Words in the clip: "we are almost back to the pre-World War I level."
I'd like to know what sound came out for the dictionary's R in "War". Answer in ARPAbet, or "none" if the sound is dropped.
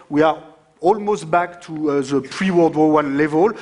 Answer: W